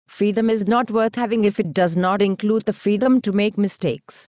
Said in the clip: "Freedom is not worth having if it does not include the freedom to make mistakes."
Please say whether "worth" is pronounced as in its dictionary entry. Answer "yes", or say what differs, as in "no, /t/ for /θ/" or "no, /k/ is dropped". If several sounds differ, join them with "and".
no, /t/ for /θ/